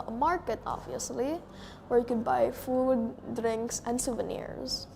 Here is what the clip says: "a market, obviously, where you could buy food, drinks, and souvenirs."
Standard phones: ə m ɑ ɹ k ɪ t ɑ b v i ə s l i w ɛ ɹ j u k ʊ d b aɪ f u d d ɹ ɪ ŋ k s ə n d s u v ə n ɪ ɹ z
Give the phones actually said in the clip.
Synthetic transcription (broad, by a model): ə m ɑ ɹ k ɪ t ɑ b v i ə s l i w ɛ ɹ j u k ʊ d b aɪ f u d d ɹ ɪ ŋ k s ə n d s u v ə n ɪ ɹ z